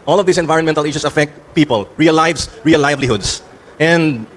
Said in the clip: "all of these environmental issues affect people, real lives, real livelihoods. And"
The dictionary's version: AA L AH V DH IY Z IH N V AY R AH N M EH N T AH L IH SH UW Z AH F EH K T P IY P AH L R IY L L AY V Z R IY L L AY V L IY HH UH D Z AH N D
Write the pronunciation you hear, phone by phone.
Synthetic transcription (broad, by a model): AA L AH V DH IY S IH N V AY R AH N M EH N T AH L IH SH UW S AH F EH K T P IY P AH L R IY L L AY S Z R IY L L AY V L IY HH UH D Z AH N D